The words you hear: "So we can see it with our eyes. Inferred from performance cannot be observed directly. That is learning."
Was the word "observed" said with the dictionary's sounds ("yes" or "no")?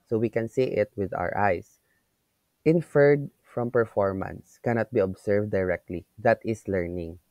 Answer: no